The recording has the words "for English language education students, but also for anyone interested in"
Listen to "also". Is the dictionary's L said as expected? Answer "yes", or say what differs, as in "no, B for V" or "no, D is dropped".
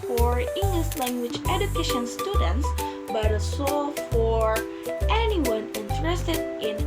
no, L is dropped